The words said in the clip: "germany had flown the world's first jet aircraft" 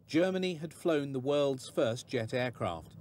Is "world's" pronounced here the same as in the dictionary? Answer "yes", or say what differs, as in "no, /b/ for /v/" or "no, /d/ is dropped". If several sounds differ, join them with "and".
yes